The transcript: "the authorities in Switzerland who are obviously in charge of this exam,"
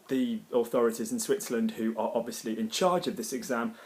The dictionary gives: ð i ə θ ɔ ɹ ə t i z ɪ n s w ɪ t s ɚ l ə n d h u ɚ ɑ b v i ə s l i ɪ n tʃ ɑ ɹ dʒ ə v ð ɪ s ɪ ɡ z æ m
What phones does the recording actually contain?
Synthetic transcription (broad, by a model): ð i ə θ ɔ ɹ ə t i z ɪ n s w ɪ t s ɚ l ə n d h u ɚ ɑ b v i ə s l i ɪ n tʃ ɑ dʒ ə v ð ɪ s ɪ ɡ z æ m